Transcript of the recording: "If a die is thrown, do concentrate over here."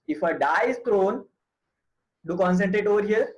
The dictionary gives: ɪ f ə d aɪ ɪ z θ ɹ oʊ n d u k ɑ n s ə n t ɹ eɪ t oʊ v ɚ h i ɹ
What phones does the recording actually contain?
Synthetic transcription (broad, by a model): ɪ f ə d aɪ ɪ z t ɹ oʊ n d u k ɑ n s ə n t ɹ eɪ t oʊ v ɚ h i ɹ